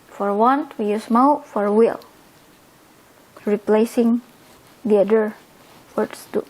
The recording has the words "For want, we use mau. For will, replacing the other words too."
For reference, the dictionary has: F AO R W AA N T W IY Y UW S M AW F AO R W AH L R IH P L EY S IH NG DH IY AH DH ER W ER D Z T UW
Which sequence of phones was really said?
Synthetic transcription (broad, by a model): F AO R W AA N T W IY Y UW S M AW F AO R W AH L R IH P L EY S IH NG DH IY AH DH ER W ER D S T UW